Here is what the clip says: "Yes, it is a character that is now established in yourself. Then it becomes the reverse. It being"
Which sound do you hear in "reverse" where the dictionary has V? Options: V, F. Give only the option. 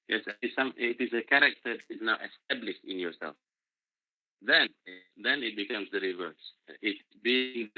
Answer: V